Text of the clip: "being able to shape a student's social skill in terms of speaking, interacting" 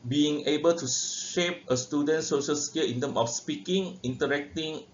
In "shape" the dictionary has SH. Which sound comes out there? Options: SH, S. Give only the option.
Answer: SH